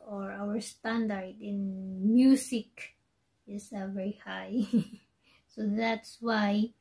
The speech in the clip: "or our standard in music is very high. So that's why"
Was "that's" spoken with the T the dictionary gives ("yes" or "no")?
yes